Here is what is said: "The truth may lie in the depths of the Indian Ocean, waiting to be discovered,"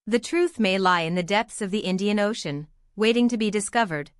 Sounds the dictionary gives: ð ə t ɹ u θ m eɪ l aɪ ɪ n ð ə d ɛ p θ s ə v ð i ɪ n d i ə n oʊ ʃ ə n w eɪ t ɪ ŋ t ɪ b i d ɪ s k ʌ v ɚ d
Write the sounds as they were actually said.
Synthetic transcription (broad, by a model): ð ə t ɹ u θ m eɪ l aɪ ɪ n ð ə d ɛ p θ s ə v ð i ɪ n d i ə n oʊ ʃ ə n w eɪ t ɪ ŋ t ɪ b i d ɪ s k ʌ v ɚ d